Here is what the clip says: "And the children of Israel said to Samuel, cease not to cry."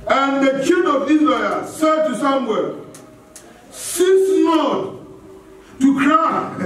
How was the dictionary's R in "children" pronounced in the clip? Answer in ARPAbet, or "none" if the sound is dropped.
none